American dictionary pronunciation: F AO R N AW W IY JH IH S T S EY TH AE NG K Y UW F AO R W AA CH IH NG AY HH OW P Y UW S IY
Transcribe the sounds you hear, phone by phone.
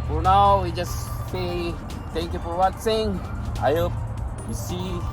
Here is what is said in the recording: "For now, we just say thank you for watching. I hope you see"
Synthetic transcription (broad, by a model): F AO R N AW W IY JH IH S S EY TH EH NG K Y UW F AO R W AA S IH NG AY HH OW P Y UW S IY